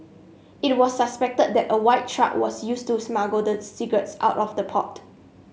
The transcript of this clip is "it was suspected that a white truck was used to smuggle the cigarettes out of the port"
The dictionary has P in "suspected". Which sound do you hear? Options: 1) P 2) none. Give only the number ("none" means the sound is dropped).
1